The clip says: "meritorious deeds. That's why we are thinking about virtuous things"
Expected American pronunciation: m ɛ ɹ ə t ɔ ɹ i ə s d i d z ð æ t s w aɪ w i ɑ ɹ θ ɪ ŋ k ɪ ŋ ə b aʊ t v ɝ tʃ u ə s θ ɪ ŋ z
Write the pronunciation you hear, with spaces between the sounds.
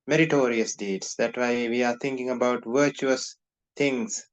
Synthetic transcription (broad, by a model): m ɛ ɹ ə t ɔ ɹ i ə s d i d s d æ t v aɪ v i ɑ ɹ t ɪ ŋ k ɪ ŋ ə b aʊ t v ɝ tʃ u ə s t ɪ ŋ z